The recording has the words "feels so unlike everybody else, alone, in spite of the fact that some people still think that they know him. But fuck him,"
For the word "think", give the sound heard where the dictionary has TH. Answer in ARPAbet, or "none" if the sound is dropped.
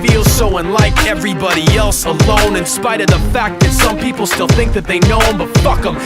TH